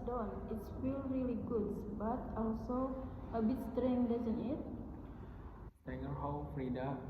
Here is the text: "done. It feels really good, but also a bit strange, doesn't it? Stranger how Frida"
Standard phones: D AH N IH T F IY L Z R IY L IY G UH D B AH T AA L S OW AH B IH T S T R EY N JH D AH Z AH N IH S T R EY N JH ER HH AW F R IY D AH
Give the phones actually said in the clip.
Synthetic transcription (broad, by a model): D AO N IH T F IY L R IY L IY G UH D B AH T AA L S OW AH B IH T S T R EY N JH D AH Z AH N IH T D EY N ER HH AW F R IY D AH